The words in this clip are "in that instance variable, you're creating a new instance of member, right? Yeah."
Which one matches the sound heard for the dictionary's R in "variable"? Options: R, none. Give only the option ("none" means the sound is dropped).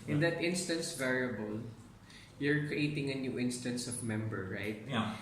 R